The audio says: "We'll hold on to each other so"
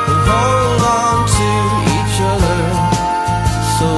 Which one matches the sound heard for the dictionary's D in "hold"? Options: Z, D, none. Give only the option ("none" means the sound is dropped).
none